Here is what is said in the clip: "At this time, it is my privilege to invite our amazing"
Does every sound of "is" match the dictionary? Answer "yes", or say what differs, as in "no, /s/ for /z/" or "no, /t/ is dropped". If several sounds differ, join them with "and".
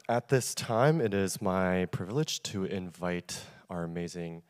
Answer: yes